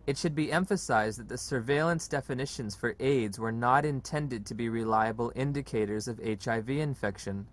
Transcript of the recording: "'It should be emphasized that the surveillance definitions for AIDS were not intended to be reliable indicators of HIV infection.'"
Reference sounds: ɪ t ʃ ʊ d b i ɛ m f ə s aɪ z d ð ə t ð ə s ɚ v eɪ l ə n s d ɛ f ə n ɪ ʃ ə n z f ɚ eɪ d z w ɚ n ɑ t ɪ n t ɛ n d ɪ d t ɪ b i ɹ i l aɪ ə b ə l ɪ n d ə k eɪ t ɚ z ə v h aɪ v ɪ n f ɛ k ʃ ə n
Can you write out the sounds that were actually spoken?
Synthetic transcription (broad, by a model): ɪ t ʃ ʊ d b i ɛ m f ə s aɪ z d ð ə t ð ə s ɚ v eɪ l ə n s d ɛ f ə n ɪ ʃ ə n z f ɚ eɪ d z w ɚ n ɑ t ɪ n t ɛ n d ɪ d t ɪ b i ɹ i l aɪ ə b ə l ɪ n d ə k eɪ t ɚ z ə v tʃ aɪ v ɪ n f ɛ k ʃ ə n